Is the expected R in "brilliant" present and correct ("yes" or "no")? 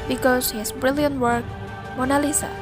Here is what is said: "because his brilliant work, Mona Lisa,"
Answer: yes